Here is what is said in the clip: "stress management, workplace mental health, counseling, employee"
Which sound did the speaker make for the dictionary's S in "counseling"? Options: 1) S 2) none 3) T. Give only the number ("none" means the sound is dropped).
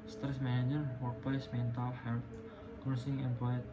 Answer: 2